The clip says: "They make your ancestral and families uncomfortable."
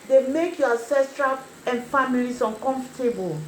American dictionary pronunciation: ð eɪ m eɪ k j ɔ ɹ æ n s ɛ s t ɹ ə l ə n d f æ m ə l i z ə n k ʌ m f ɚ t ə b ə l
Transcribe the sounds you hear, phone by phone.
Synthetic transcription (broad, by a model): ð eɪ m eɪ k j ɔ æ s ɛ s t ɹ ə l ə n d f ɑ m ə l i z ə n k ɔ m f t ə b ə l